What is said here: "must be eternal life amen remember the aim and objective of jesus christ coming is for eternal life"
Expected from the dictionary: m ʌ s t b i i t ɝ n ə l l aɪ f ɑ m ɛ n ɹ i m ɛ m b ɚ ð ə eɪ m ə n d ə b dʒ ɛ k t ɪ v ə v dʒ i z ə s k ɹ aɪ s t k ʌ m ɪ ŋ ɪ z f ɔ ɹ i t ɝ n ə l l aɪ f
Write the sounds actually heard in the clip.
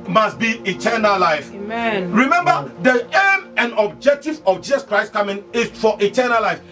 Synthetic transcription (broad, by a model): m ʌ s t b i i t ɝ n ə l l aɪ f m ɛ ɹ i m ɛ m b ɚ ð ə eɪ m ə n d ə b dʒ ɛ k t ɪ v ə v dʒ i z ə s k ɹ aɪ s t k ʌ m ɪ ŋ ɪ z f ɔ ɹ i t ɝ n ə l l aɪ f